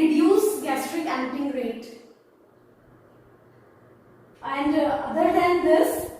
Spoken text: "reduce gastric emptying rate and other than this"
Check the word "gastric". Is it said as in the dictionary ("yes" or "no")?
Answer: yes